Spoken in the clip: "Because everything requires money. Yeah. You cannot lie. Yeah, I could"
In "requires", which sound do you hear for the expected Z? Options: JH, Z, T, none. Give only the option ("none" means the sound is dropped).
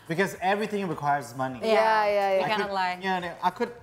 Z